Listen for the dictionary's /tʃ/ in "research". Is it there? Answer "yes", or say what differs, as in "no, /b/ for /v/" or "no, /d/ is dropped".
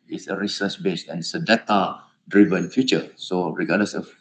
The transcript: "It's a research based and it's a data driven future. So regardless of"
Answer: no, /s/ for /tʃ/